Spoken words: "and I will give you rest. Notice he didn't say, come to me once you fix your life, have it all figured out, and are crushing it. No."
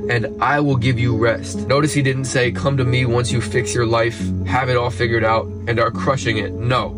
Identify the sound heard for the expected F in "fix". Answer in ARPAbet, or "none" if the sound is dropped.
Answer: F